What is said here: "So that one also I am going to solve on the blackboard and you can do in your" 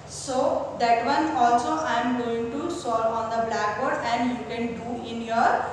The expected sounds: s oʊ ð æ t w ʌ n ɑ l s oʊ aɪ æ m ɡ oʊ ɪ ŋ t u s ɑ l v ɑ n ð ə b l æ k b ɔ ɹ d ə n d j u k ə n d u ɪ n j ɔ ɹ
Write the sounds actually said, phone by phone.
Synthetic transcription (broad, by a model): s oʊ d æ t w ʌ n ɑ l s oʊ aɪ m ɡ oʊ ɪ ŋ t u s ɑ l ɑ n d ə b l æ k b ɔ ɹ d ə n d j u k ə n d u ɪ n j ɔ ɹ